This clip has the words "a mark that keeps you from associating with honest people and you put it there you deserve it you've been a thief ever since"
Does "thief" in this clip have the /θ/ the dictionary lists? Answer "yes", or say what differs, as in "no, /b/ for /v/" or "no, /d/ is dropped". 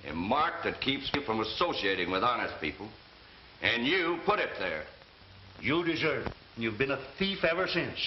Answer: yes